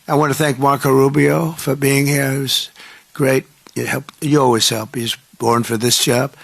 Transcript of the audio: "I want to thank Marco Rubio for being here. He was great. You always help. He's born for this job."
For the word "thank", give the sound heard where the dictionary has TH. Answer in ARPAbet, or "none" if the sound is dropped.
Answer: TH